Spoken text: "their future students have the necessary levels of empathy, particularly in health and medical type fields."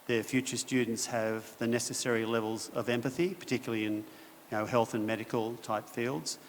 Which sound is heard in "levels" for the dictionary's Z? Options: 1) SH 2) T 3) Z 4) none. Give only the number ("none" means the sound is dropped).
3